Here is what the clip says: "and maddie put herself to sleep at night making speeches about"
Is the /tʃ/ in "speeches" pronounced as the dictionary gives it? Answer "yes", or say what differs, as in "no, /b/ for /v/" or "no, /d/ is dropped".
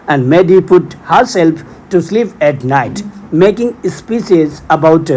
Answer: no, /s/ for /tʃ/